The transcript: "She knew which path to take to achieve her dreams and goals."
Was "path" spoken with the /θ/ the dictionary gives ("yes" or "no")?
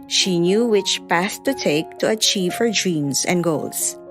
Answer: no